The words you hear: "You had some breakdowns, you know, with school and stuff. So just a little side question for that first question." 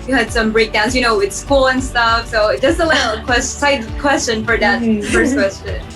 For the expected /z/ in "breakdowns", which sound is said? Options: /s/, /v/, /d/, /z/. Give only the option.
/s/